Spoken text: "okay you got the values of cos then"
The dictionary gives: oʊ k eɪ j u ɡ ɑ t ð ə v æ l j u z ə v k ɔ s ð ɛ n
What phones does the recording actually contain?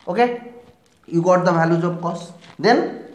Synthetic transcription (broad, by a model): oʊ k eɪ j u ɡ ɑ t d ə b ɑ l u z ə b k ɔ s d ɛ n